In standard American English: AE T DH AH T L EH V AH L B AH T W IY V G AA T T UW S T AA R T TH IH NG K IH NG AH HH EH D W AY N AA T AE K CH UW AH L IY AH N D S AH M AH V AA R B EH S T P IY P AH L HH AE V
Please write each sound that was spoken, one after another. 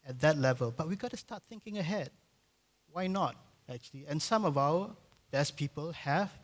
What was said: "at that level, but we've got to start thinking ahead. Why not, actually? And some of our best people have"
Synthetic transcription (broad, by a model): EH T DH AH T L EH V AH L B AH T W IY G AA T T UW S T AA T TH IH NG K IH NG AH HH EH D W AY N AA T AE K CH UW AH L IY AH N S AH M AH V AA W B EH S P IY P AH L HH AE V